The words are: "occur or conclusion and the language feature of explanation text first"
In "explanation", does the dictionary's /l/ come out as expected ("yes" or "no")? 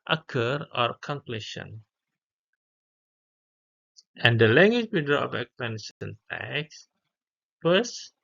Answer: no